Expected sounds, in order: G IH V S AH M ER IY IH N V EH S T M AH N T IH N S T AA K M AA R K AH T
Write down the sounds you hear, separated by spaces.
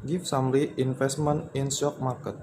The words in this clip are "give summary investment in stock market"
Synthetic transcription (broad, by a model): G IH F S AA M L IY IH N F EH S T M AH N IH N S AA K M AA K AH T